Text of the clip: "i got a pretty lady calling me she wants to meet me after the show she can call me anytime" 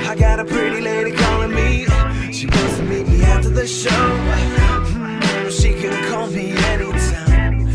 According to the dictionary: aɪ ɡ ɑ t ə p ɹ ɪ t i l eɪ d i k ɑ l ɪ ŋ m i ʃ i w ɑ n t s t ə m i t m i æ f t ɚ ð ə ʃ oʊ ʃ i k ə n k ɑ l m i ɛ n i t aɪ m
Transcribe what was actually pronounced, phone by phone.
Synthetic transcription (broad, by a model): aɪ ɡ ɑ t ə p ɹ ɪ t i l eɪ d i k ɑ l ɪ m i ʃ i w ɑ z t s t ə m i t m i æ t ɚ ð ə ʃ oʊ ʃ i k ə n k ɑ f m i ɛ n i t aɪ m